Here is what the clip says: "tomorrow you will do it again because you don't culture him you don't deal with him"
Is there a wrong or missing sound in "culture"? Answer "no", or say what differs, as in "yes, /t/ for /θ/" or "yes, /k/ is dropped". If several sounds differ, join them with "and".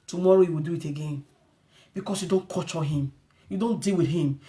yes, /l/ is dropped